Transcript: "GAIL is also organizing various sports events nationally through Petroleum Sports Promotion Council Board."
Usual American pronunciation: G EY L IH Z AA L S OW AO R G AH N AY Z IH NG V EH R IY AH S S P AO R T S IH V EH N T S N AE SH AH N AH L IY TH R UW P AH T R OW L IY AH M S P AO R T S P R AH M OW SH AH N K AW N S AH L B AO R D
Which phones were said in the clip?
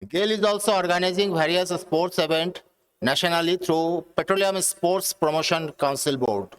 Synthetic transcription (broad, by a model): G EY L IH Z AA L S OW AO R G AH N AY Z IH NG V EH R IY AH S S P AO R T S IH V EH N T N AE SH AH N AH L IY T R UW P AH T R OW L IY AH M S P AO R T S P R AH M OW SH AH N K AW N S AH L B AO R D